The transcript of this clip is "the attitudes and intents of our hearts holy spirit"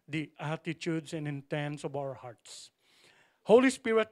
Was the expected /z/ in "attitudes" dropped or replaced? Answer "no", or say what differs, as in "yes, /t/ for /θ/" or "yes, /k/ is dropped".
yes, /s/ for /z/